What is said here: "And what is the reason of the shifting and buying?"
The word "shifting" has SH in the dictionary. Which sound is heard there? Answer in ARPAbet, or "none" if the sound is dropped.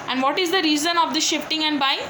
SH